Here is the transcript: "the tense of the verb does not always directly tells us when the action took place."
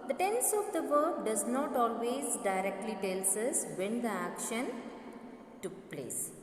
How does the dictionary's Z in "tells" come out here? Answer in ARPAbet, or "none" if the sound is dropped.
S